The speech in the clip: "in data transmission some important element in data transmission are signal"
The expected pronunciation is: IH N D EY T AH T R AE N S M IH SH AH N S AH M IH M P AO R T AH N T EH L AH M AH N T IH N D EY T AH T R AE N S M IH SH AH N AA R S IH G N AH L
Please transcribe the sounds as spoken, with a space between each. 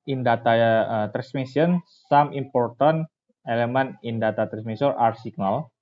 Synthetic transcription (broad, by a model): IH N D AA T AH T R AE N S M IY S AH N S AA M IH M P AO R T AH N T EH L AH M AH N IH N D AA T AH T R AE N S M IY S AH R AA R S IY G N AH L